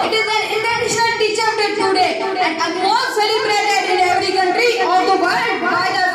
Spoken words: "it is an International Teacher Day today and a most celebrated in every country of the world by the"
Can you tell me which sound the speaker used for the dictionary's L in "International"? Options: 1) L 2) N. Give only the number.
2